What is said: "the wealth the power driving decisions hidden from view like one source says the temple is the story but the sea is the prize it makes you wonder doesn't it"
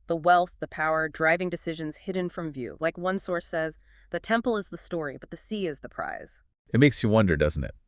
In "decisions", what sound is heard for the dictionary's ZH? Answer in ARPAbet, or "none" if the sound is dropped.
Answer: ZH